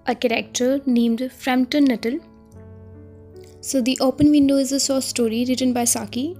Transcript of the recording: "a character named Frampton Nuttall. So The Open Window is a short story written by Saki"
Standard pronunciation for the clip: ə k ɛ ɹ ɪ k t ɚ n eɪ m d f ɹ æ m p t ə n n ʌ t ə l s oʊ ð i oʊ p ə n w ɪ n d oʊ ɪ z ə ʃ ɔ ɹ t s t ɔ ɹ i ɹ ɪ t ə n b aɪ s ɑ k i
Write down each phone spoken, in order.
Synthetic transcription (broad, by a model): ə k ɛ ɹ ɪ k t ɚ n eɪ m d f ɹ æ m t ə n n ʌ t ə l s oʊ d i oʊ p ə n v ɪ n d oʊ ɪ z ə s ɔ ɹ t s t ɔ ɹ i ɹ ɪ t ə n b aɪ s ɑ k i